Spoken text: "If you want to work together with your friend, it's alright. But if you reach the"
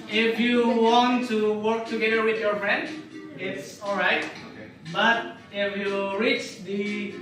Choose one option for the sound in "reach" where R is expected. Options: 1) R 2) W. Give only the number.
1